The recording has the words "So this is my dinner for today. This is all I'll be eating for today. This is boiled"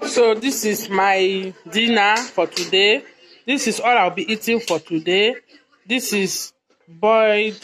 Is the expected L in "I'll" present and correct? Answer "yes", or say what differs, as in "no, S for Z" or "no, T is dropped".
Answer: no, W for L